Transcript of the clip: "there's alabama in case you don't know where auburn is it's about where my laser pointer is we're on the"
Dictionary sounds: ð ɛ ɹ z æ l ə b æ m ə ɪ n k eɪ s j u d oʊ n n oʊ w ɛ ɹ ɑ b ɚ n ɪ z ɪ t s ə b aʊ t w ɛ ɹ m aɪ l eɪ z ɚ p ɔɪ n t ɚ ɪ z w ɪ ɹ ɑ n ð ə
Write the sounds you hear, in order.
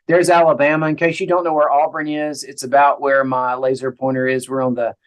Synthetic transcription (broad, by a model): ð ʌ ɹ z æ l ə b æ m ə ɪ n k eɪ ʃ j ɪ d oʊ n n oʊ w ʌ ɹ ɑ b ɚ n ɪ z ɪ t s ə b aʊ t w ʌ ɹ m aɪ l eɪ z ɚ p ɔɪ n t ɚ ɪ z w ɪ ɹ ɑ n ð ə